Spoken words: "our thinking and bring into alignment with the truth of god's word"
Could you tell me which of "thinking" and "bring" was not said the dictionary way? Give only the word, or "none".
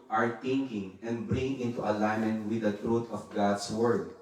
thinking